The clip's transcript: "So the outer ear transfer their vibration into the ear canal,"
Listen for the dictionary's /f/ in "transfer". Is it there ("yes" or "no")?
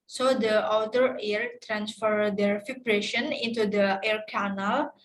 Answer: yes